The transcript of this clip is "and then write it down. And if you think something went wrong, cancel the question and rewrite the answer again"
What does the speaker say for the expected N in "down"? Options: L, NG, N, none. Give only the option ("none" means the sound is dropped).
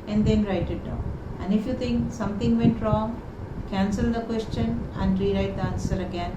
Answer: none